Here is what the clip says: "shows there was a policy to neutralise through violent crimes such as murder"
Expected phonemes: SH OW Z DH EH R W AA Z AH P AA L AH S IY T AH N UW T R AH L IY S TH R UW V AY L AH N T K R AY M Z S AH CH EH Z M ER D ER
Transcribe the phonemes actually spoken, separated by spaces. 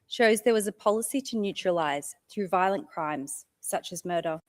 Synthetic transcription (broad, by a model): SH OW Z DH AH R W AA Z AH P AA L AH S IY T AH N UW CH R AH L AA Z TH R UW V AY L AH N K R AY M Z S AH CH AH Z M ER D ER